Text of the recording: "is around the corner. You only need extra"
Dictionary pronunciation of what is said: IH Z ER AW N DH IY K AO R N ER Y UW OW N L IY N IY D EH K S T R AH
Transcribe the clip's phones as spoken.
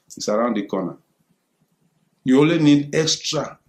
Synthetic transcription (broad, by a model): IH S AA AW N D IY K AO N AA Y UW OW L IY N IY D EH K S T R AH